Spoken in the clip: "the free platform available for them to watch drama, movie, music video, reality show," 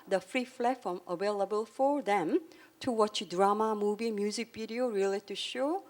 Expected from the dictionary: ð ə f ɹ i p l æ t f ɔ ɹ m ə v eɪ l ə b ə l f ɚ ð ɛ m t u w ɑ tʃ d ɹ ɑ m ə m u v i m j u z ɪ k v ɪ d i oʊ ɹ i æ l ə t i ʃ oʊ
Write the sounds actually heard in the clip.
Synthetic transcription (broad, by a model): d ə f ɹ i f l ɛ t f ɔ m ə v eɪ l ə b ə l f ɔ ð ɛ m t u w ɑ tʃ d ɹ ɑ m ə m u v i m j u z ɪ k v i d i oʊ ɹ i l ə t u ʃ oʊ